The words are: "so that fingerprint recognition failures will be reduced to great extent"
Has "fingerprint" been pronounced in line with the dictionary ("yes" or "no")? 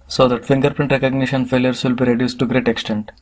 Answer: yes